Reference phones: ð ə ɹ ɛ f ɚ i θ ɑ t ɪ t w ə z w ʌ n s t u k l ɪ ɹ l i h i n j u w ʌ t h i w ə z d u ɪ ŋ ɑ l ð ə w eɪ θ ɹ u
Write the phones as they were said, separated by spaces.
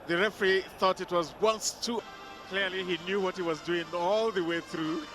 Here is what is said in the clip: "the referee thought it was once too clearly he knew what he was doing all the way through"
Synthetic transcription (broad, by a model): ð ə ɹ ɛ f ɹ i θ ɑ t ɪ t w ə z w ʌ n s t u k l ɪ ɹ l i h i n j u w ʌ t h i w ə z d u ɪ ŋ ɑ l ð ə w eɪ θ ɹ u